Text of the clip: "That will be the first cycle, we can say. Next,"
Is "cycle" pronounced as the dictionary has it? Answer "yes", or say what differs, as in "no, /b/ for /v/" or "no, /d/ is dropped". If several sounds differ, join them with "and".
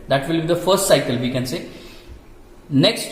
yes